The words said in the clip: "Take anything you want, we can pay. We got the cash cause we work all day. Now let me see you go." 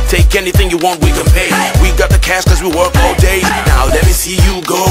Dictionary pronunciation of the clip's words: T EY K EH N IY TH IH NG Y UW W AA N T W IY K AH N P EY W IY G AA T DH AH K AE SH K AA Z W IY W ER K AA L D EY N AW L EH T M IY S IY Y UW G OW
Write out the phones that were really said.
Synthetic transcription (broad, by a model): T EY K EH N IY TH IH NG Y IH W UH N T W IY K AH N P EY W IY G AA T DH AH K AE S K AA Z W IY W ER K AA L D EY N AW L EH T M IY S IY Y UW G OW